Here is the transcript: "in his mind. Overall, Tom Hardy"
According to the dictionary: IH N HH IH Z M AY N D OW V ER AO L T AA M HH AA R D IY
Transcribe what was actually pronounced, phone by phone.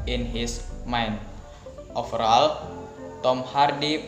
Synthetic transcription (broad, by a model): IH N HH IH S M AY N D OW F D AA L T AA M HH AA R D IY